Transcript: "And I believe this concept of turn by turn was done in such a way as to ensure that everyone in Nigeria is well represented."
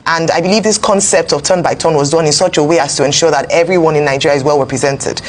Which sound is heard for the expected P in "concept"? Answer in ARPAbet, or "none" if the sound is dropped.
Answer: P